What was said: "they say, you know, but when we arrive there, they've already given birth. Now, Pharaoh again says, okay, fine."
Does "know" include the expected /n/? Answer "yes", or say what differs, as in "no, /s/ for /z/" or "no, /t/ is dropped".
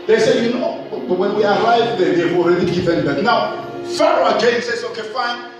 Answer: yes